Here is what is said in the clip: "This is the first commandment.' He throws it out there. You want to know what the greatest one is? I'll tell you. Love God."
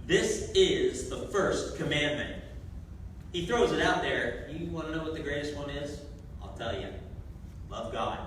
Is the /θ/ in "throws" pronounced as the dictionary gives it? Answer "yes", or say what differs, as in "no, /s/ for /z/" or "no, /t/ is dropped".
yes